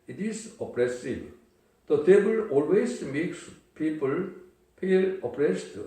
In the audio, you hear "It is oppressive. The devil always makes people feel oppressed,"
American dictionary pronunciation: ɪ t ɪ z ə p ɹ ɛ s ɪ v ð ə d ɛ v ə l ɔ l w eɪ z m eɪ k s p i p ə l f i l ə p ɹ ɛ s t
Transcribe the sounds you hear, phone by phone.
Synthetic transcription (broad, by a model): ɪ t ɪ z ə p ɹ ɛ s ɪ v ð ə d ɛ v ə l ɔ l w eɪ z m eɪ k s p i p ə l p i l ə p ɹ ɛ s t